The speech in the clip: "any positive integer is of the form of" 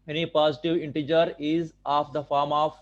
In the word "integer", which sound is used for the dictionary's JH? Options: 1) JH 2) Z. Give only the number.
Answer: 1